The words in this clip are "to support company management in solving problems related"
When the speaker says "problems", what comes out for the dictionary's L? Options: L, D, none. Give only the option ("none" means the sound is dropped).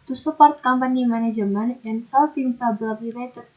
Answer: none